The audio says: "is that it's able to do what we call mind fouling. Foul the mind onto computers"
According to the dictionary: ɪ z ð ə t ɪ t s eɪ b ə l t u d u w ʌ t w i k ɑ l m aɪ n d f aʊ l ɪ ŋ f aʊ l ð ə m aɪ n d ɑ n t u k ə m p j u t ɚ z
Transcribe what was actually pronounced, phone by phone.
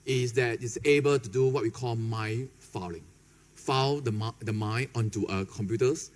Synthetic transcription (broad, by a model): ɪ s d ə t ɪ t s eɪ b ə l t u d u w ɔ t w i k ɑ l m aɪ f aʊ l ɪ ŋ f aʊ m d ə m aɪ n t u t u k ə m p j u t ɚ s